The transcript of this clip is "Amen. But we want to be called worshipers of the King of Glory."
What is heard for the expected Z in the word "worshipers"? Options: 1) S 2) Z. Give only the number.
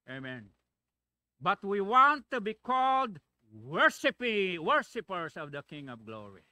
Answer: 1